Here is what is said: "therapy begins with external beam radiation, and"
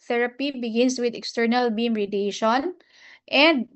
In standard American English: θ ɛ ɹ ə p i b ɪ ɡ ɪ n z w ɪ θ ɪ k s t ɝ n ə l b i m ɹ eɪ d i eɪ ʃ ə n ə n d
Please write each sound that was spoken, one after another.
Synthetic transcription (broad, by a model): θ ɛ ɹ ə p i b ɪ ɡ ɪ n s w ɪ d ɪ k s t ɝ n ə l b i m ɹ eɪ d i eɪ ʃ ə n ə n d